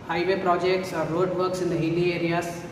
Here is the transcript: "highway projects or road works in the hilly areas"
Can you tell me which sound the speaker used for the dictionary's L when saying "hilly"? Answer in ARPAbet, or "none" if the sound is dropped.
N